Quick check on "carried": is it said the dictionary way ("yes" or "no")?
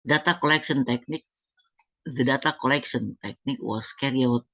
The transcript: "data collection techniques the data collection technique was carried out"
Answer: no